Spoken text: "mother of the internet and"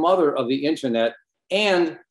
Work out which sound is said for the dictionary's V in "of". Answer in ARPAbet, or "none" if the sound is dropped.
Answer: V